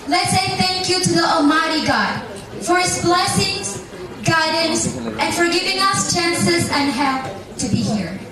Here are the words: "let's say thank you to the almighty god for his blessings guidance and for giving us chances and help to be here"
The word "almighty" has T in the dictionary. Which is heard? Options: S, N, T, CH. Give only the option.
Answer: T